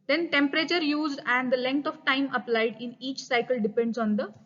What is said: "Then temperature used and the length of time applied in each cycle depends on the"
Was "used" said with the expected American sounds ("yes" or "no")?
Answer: yes